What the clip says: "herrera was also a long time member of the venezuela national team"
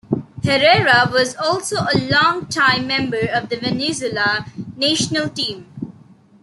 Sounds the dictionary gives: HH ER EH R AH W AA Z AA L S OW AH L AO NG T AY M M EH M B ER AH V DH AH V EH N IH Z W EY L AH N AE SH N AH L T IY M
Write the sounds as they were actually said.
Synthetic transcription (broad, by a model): HH ER EH R AH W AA Z AA L S OW AH L AO NG T AY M M EH M B ER AH V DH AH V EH N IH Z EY L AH N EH SH N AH L T IY M